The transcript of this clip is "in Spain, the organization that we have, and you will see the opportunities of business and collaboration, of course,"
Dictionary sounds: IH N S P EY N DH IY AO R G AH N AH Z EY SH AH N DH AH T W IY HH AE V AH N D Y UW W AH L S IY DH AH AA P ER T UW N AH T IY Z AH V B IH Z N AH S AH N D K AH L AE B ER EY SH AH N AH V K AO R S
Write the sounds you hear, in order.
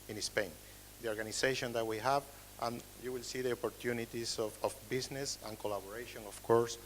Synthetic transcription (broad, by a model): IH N S P EY N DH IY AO R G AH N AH S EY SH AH N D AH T W IY HH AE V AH N Y UW W AH L S IY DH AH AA P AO T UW N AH T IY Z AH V B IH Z N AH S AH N K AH L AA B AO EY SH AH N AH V K AO R S